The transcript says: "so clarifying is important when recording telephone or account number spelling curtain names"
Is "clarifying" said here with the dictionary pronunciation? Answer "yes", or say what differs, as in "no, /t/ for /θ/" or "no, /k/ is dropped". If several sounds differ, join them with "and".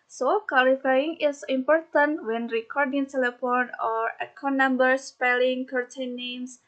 no, /w/ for /l/ and /l/ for /ɹ/